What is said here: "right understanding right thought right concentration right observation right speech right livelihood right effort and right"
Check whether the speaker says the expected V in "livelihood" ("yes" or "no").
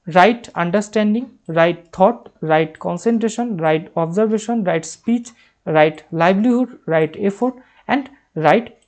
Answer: no